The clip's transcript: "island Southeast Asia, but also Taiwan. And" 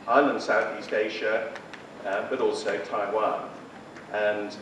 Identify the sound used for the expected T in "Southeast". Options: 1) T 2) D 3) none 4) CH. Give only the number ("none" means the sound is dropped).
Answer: 1